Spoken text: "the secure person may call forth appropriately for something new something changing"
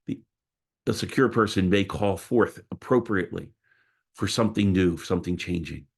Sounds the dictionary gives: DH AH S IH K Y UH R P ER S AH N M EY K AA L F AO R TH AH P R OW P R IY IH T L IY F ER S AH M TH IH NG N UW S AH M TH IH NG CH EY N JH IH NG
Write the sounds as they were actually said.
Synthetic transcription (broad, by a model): DH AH S IH K Y UH R P ER S AH N M EY K AA L F AO R TH AH P R OW P R IY IH T L IY F ER S AH M TH IH NG N UW S AH M TH IH NG CH EY N JH IH NG